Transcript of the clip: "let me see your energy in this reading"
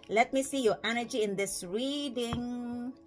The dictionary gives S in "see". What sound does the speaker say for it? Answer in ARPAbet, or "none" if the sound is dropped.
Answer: S